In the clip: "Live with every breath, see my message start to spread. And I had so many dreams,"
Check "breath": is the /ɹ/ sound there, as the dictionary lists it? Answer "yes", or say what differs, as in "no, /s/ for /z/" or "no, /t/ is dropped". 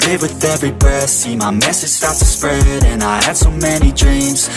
no, /ɹ/ is dropped